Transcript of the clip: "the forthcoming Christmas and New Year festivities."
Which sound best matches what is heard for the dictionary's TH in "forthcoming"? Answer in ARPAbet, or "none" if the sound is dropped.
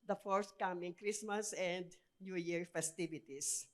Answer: S